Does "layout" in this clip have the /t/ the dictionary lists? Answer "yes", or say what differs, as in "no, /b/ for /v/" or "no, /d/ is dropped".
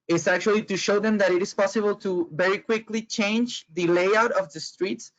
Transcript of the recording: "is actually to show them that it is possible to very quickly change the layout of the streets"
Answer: yes